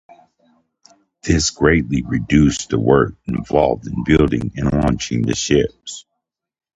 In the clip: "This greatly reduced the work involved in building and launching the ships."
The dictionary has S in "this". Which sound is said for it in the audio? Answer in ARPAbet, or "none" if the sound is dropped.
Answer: S